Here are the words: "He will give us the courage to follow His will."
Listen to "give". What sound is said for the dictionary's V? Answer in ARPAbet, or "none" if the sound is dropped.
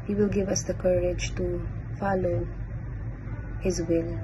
V